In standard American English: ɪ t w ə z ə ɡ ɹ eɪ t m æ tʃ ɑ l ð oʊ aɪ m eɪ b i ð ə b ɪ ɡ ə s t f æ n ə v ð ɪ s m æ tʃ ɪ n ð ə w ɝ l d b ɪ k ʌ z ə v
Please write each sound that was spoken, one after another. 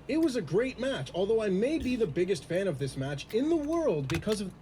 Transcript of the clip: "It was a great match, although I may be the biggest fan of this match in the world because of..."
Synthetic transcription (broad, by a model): ɪ t w ə z ə ɡ ɹ eɪ t m æ tʃ ɑ l ð oʊ aɪ m eɪ b i ð ə b ɪ ɡ ə s t f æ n ə v ð ɪ s m æ tʃ ɪ n ð ə w ɝ l d b ɪ k ʌ z ə v